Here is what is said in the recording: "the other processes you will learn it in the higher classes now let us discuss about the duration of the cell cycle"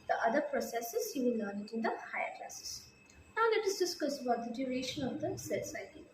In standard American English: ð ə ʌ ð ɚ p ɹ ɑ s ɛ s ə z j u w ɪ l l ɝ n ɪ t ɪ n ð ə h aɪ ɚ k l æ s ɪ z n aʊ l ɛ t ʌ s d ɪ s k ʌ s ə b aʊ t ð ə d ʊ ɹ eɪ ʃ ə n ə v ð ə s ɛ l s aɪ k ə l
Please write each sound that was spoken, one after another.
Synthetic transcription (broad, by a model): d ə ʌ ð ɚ p ɹ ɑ s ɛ s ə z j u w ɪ n l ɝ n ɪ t ɪ n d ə h aɪ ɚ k l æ s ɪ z n aʊ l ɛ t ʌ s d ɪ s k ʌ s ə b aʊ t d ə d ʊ ɹ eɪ ʃ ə n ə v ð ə s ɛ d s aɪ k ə